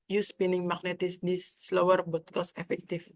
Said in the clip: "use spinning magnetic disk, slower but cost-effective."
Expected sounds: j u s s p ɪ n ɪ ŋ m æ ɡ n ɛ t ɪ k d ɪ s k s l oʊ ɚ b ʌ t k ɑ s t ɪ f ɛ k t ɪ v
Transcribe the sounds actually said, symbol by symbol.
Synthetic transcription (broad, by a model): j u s s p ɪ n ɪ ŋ m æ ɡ n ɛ t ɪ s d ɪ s s l oʊ ɚ b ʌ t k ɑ s ɪ f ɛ k t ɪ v